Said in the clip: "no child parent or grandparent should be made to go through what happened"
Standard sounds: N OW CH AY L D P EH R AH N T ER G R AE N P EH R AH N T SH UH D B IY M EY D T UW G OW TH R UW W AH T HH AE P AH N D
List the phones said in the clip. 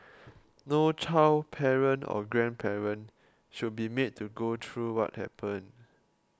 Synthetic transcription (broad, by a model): N OW CH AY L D P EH R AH N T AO G R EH N P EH R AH N SH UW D B IY M EY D T UW G OW T R UW W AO T HH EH P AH N